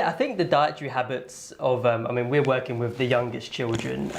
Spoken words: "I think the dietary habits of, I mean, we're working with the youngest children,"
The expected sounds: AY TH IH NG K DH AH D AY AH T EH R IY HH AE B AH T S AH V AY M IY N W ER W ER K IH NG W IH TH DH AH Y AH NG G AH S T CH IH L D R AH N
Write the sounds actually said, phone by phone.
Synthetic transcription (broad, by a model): AY TH IH NG K DH AH D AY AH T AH R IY HH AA B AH T S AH V AY M IY N W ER W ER K IH NG W IH DH AH Y AH NG G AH S CH IH L D R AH N